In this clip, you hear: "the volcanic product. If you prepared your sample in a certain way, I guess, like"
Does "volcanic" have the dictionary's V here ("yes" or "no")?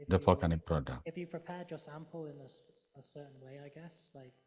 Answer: no